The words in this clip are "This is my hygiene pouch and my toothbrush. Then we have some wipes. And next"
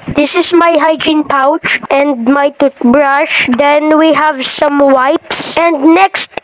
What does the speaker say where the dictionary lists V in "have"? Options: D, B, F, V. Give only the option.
V